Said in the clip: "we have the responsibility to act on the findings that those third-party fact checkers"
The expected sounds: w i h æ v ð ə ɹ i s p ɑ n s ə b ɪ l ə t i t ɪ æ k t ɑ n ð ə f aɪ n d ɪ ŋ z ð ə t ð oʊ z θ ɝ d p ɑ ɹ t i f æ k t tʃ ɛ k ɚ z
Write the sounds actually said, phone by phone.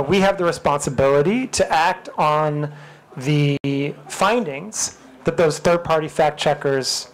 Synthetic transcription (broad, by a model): w i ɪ v ð ə ɹ i s p ɑ n s ə b ɪ l ə t i t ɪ æ k t n ð ə f aɪ n d ɪ ŋ z ð ə t ð oʊ z θ ɝ d p ɑ ɹ t i f æ k tʃ ɛ k ɚ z